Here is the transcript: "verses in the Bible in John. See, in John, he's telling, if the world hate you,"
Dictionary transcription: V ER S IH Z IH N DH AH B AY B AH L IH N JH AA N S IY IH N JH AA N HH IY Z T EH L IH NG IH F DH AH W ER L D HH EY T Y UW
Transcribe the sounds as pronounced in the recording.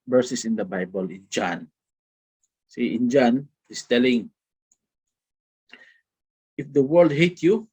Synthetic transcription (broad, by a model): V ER S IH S IH N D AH B AY B AH L IH N JH AA N S IY IH N JH AA N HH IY S T EH L IH NG IH F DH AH W ER L D HH EY T Y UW